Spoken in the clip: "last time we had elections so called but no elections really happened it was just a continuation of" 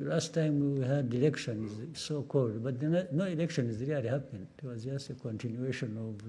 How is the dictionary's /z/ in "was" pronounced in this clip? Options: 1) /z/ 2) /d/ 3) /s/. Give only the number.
1